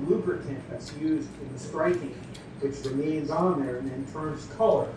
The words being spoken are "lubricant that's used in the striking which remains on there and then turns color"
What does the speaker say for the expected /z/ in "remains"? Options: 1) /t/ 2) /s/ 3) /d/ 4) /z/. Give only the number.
4